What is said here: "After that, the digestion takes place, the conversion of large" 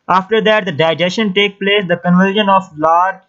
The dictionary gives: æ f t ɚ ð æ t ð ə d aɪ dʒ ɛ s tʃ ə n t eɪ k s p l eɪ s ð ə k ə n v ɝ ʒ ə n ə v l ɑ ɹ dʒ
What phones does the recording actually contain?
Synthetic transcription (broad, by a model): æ f t ɚ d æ t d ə d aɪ dʒ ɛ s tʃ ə n t eɪ k p l eɪ s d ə k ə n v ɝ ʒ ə n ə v l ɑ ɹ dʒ